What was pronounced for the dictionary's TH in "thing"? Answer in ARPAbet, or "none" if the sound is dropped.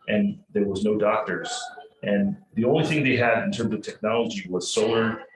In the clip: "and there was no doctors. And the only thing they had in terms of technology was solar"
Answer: TH